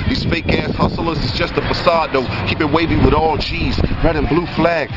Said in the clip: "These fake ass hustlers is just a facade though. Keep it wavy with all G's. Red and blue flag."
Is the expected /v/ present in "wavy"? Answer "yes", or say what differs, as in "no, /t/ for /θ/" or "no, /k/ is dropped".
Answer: yes